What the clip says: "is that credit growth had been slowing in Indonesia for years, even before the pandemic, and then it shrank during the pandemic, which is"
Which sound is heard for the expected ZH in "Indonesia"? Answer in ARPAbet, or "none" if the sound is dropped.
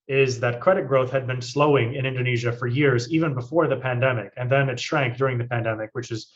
ZH